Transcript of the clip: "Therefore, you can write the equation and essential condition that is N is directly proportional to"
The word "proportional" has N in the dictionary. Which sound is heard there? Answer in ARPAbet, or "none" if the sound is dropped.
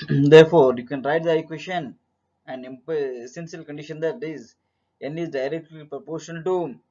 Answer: none